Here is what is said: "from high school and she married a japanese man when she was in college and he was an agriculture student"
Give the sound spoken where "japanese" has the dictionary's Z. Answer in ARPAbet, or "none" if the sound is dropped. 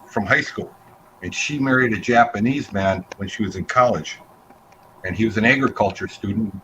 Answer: Z